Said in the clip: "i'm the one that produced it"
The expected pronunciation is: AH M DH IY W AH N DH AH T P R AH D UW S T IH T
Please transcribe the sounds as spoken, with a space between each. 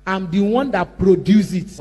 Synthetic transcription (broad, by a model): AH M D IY W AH N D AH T P R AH D UW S IH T